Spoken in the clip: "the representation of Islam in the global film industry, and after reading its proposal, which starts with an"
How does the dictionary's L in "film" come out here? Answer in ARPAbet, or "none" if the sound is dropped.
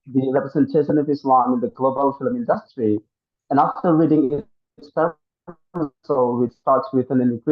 L